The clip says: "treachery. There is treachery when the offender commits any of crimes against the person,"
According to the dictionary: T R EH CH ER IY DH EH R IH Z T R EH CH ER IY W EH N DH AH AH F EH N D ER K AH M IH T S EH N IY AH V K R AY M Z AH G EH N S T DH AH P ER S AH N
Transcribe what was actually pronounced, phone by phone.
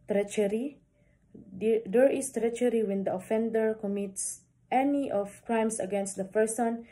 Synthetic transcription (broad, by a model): T R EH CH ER IY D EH R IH S T R EH CH ER IY W EH N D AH AH F EH N D ER K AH M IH T S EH N IY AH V K R AY M S AH G EH N S T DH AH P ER S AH N